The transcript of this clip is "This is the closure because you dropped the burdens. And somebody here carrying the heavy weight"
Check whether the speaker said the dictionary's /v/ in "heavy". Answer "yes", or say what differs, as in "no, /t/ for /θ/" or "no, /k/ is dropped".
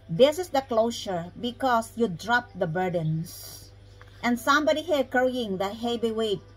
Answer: no, /b/ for /v/